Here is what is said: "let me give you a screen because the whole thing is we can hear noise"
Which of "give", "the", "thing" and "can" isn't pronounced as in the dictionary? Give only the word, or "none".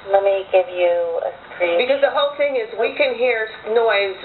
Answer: none